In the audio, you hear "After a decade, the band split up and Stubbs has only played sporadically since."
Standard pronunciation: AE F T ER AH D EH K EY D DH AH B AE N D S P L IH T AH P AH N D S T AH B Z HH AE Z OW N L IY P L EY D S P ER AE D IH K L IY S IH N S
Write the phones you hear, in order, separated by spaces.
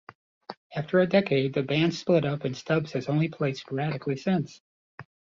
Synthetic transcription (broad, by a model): AE F T ER AH D EH K EY D DH AH B AE N D S P L IH T AH P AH N S T AH B Z HH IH Z OW N L IY P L EY S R AE D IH K L IY S IH N S